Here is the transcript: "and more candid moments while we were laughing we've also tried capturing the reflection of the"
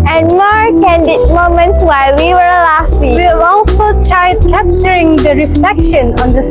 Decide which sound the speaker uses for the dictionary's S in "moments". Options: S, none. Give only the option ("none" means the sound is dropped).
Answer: S